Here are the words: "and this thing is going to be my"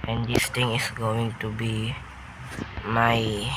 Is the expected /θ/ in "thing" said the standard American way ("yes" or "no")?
no